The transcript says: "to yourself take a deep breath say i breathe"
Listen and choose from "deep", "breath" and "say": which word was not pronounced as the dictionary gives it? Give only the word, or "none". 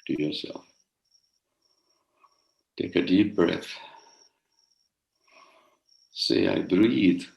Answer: none